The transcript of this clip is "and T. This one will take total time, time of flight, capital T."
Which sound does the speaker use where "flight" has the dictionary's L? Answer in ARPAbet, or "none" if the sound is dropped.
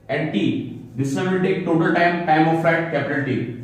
none